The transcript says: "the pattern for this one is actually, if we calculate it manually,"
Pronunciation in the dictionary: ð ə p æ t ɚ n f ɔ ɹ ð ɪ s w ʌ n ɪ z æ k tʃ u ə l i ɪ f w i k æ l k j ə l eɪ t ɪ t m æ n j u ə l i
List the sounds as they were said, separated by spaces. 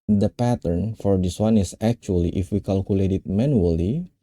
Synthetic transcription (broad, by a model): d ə p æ t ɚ n f ɔ ɹ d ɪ s w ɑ n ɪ s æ k tʃ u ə l i ɪ f w i k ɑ l k j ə l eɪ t ɪ t m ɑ n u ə l i